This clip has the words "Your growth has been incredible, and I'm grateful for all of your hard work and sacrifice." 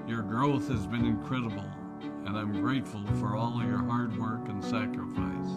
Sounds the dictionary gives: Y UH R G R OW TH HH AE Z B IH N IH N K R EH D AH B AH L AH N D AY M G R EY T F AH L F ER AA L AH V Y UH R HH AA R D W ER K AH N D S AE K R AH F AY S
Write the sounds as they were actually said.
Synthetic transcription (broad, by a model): Y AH R G R OW TH HH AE Z B IH N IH N K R EH D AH B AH L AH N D AY M G R EY T F AH L F ER AA L AH V Y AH R HH AA R D W ER K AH N S AE K R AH F AY S